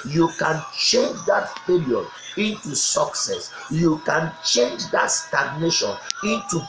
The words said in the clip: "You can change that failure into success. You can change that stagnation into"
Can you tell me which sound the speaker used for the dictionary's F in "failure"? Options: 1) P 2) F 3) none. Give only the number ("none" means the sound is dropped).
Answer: 1